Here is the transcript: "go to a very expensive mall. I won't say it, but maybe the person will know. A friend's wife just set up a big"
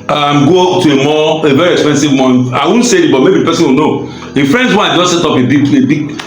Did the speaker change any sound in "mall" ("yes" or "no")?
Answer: yes